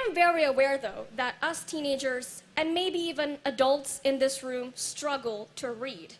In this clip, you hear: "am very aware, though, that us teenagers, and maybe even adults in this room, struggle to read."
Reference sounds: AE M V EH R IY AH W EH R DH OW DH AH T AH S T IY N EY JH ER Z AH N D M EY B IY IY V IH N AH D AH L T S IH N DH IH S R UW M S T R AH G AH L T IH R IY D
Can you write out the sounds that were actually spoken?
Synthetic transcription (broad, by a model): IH M V EH R IY AH W EH R DH OW DH AH T AH S T IY N EY JH ER Z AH N M EY B IY IY V IH N AH D AH L T S IH N DH IH S R UW M S T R AH G L T IH R IY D